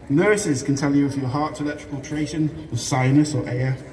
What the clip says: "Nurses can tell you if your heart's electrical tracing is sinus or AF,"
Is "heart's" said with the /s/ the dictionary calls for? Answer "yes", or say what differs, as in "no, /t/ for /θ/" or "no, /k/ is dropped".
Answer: no, /s/ is dropped